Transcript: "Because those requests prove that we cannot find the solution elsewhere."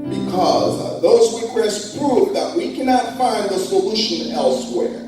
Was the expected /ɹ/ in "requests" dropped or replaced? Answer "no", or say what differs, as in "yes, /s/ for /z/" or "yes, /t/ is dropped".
yes, /w/ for /ɹ/